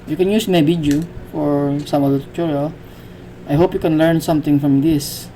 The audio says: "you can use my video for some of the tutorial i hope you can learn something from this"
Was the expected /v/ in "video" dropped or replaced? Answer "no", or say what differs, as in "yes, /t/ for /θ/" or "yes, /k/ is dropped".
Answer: yes, /b/ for /v/